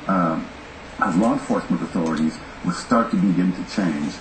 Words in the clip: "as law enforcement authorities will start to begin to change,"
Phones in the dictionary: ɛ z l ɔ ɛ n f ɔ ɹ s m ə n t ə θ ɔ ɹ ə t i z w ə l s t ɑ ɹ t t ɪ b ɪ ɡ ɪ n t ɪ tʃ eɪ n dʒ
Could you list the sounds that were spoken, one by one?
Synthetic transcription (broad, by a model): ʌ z l ɔ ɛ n f ɔ ɹ s m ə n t ə θ ɔ ɹ ə t i z w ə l s t ɑ ɹ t t ɪ b ɪ ɡ ɪ n t ɪ tʃ eɪ n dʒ